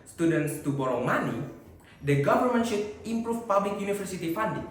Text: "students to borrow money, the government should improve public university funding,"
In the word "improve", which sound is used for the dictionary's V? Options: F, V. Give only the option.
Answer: F